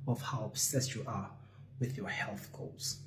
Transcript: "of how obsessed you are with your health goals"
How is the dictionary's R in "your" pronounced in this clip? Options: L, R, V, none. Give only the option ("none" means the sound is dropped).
R